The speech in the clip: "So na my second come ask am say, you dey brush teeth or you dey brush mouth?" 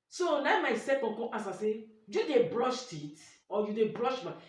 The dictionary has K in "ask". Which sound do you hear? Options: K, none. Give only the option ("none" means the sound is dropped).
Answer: none